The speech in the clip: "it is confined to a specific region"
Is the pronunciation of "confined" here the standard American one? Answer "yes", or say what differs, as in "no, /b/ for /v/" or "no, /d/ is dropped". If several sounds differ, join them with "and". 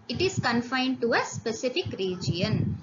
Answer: yes